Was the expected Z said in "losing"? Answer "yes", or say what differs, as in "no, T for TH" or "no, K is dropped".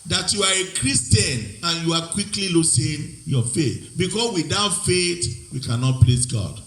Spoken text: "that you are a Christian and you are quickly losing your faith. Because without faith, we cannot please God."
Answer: no, S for Z